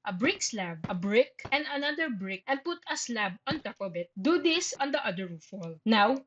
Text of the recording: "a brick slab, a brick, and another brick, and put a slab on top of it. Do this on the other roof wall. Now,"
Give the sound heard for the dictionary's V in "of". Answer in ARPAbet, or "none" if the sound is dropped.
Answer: B